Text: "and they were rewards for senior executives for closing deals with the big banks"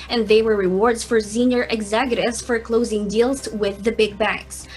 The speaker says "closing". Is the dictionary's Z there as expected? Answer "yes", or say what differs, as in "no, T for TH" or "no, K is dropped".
yes